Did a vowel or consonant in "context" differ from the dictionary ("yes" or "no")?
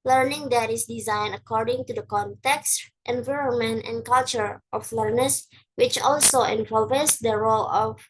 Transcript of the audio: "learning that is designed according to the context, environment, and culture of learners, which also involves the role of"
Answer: no